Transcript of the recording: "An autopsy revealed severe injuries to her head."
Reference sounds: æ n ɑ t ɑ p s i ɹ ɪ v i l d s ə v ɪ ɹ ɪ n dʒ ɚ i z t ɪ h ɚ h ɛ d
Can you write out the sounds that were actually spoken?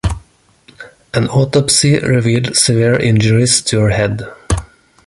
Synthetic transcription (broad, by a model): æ n ɑ t ɑ p s i ɹ ɪ v i l d s ə v ɪ ɹ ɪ n dʒ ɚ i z t ɪ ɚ h ɛ d